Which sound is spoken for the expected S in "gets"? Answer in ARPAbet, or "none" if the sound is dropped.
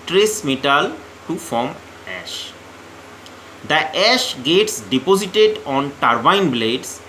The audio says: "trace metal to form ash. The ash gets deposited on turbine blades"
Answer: S